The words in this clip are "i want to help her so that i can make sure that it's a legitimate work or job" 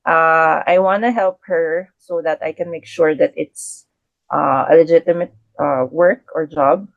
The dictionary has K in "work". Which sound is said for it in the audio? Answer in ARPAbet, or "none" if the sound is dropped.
K